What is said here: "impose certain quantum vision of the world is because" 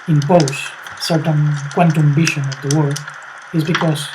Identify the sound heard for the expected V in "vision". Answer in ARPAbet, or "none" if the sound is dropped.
B